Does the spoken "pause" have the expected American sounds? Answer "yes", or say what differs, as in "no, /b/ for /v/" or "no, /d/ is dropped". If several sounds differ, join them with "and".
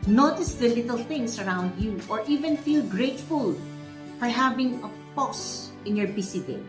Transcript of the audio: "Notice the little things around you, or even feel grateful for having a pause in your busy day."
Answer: no, /s/ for /z/